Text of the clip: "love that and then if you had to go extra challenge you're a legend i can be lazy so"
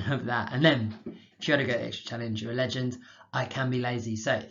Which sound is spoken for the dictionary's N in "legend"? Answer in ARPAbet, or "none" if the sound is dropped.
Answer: N